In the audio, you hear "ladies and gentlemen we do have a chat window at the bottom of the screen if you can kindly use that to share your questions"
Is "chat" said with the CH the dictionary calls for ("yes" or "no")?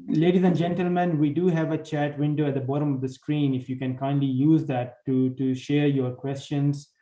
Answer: yes